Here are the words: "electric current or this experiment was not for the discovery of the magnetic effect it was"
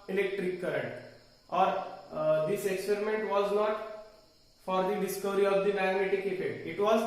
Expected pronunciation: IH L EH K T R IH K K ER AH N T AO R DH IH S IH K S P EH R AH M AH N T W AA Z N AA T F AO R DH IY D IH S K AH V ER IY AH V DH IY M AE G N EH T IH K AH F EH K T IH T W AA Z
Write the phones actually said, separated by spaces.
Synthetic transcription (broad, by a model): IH L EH K T R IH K K ER AH N T AO R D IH S IH K S P EH R AH M AH N T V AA Z N AA T F AO R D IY D IH S K AH V ER IY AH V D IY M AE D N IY T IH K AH P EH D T IH T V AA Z